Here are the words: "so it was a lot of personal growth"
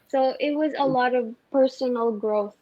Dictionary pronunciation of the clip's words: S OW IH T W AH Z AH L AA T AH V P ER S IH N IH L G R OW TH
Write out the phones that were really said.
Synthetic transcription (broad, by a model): S OW IH T W AH Z AH L AA T AH V P ER S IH N L G R OW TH